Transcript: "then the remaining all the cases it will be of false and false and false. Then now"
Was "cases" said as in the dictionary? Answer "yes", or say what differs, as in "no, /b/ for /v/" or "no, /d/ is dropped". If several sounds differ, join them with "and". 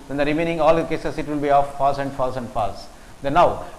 no, /s/ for /z/